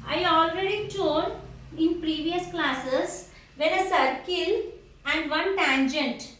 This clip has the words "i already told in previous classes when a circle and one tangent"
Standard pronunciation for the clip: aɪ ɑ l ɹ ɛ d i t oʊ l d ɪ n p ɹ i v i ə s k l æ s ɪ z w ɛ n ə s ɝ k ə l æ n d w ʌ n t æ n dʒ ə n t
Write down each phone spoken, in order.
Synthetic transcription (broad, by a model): aɪ ɑ l ɹ ɛ d i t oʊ d ɪ n p ɹ i v i ə s k l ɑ s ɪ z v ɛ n ə s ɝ k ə l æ n d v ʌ n t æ n dʒ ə n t